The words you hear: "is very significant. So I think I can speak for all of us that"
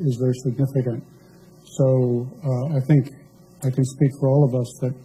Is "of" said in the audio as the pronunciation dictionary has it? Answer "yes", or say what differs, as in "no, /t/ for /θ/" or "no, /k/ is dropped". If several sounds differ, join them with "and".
yes